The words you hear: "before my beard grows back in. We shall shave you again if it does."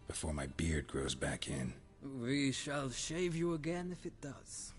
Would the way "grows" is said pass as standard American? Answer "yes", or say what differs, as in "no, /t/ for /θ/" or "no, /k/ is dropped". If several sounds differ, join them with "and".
yes